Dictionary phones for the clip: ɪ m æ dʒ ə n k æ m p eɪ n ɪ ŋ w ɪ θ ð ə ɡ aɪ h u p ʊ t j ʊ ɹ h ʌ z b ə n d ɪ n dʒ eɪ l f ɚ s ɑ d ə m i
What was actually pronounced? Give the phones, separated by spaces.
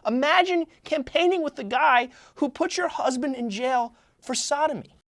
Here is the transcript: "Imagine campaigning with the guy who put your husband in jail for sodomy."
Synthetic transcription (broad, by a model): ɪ m æ dʒ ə n k æ m p eɪ n ɪ ŋ w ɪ ð ə ɡ aɪ h u p ʊ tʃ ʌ ɹ h ʌ z b ə n d ɪ n dʒ eɪ l f ɚ s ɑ d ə m i